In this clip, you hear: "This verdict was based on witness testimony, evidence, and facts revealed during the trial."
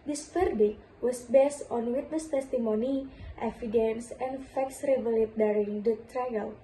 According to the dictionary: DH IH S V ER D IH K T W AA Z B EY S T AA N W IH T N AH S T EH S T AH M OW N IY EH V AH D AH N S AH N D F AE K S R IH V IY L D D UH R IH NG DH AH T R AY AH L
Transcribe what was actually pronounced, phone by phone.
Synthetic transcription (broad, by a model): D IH S F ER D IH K W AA S B EY S T AA N W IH T N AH S T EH S T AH M OW N IY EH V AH D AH N S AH N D F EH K S R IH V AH L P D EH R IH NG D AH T R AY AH L